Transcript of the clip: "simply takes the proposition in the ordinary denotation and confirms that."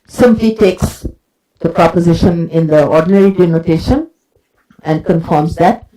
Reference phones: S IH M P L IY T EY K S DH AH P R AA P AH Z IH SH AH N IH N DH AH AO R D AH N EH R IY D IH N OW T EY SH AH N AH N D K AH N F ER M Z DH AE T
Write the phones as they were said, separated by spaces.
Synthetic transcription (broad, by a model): S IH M P L IY T EY K S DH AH P R AA P AH Z IH SH AH N IH N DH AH AO D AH N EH R IY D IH N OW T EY SH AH N AH N D K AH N F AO M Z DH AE T